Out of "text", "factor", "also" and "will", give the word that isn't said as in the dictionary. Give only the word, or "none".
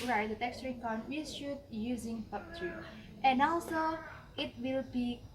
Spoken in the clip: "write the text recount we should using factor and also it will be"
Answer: factor